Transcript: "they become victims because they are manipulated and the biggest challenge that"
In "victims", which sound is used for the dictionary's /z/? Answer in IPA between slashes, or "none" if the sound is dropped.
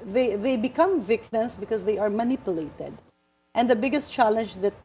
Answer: /s/